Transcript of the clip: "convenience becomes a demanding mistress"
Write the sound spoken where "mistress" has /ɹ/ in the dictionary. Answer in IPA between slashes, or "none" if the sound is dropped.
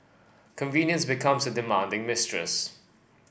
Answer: /ɹ/